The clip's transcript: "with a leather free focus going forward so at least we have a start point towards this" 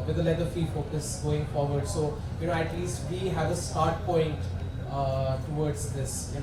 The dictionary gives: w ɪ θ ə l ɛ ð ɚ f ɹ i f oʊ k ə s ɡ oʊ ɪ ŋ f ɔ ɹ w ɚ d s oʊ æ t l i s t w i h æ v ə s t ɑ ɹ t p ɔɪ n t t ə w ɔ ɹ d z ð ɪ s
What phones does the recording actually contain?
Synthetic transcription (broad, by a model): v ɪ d ə l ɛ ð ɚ f i f oʊ k ə s ɡ oʊ ɪ ŋ f ɔ ɹ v ɚ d s oʊ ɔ t l i s t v i h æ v ə s t ɑ ɹ t p ɔɪ n t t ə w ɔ ɹ d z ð ɪ s